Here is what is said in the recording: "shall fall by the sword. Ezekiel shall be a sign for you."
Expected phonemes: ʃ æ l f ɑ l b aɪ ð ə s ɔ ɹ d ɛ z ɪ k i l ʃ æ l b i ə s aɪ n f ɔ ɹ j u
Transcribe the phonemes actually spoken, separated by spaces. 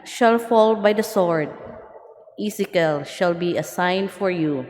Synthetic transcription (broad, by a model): ʃ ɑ l f ɑ l b aɪ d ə s ɔ ɹ d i s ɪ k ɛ l ʃ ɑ l b i ə s aɪ n f ɔ ɹ j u